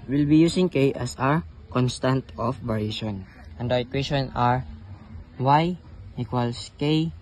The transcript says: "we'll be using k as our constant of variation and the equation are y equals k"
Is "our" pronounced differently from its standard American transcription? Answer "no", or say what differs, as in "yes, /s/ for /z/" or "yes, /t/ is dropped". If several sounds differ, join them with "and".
no